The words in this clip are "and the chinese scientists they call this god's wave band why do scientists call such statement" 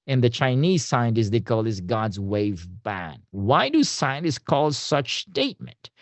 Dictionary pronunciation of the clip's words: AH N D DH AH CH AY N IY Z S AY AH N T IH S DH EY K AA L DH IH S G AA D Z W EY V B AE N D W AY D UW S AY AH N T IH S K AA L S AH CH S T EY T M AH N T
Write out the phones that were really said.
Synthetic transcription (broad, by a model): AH N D DH AH CH AY N IY Z S AY AH N T IH S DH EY K AA L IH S G AA D Z W EY V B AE N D W AY D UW S AY AH N T IH S K AA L S AH CH S T EY T M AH N T